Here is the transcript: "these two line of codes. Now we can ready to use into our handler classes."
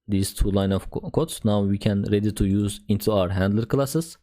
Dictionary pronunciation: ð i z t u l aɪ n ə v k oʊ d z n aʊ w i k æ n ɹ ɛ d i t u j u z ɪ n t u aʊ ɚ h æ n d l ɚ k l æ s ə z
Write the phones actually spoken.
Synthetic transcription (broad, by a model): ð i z t u l aɪ n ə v k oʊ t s n aʊ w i k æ n ɹ ɛ d i t u j u z ɪ n t u aʊ ɚ h æ n d l ɚ k l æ s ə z